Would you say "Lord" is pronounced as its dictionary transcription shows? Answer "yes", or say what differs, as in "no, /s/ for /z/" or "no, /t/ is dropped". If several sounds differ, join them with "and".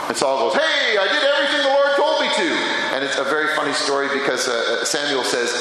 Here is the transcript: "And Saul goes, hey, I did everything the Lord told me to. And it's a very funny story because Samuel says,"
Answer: no, /w/ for /l/